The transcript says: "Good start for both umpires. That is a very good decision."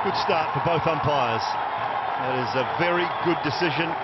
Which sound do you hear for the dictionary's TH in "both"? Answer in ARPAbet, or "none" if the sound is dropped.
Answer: TH